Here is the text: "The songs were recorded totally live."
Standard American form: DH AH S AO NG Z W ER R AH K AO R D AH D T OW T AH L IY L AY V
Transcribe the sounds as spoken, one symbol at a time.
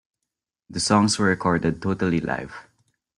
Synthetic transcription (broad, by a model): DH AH S AO NG S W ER R AH K AO R D AH D T OW T AH L IY L AY V